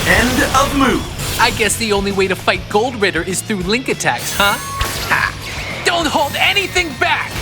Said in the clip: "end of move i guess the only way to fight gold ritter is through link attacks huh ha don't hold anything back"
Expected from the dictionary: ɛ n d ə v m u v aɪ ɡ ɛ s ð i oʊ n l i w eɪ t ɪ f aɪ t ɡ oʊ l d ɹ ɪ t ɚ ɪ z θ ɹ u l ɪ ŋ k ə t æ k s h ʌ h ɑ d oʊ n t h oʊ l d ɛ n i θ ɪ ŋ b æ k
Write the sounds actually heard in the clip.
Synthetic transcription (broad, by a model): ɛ n d ə v m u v aɪ ɡ ɛ s ð i oʊ n l i w eɪ t ɪ f aɪ t ɡ oʊ l d ɹ ɪ t ɚ ɪ z θ ɹ u l ɪ ŋ k ə t æ k s h ʌ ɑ d oʊ n t h oʊ l d ɛ n i θ ɪ ŋ b æ k